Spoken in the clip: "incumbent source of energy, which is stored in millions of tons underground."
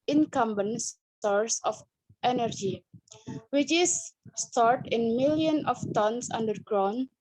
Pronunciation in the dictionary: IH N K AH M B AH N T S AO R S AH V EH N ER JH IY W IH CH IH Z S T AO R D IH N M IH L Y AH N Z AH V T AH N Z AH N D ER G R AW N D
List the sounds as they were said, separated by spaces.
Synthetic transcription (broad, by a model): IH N K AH M B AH N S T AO R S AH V EH N ER JH IY W IH CH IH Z S T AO R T IH N M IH L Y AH N AH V T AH N S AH N D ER G R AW N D